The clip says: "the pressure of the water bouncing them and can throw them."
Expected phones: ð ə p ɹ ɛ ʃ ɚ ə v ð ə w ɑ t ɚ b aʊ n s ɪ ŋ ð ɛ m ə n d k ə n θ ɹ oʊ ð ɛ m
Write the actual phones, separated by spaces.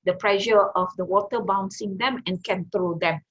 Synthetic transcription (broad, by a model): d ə p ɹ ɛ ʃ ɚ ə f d ə w ɑ t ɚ b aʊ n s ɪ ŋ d ɛ m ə n k ə n t ɹ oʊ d ɛ m